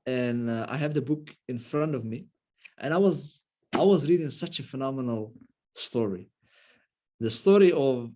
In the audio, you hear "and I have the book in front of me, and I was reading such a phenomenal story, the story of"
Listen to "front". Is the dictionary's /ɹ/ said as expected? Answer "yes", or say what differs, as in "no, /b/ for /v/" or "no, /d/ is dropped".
yes